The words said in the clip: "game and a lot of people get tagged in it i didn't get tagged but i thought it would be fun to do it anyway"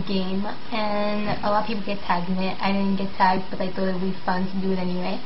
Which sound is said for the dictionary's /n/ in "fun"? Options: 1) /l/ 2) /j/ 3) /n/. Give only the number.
3